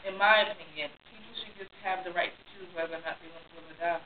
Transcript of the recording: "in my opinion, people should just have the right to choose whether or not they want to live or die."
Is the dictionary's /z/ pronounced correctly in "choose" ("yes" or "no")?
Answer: no